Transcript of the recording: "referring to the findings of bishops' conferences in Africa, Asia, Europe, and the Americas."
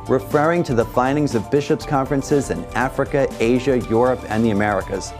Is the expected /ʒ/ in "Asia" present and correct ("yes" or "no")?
yes